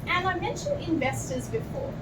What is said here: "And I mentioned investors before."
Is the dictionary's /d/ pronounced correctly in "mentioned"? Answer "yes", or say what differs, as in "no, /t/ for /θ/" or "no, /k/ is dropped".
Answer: no, /d/ is dropped